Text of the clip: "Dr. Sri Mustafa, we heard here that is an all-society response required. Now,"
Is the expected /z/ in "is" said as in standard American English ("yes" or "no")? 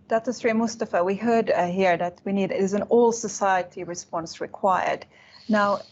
yes